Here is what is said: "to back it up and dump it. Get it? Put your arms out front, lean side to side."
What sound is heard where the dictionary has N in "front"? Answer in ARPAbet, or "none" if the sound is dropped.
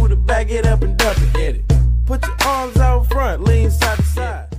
N